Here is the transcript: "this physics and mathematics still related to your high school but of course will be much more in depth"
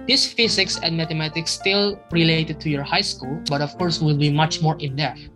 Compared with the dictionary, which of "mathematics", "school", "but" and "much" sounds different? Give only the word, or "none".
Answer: mathematics